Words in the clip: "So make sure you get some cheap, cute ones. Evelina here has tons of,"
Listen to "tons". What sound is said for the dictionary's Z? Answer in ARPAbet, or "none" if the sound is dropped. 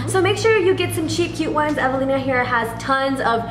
Z